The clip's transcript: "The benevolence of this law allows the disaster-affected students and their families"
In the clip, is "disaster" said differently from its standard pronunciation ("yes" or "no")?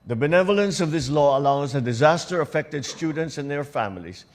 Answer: no